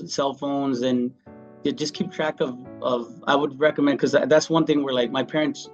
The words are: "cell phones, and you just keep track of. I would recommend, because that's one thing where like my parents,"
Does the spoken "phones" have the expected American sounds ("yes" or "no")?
yes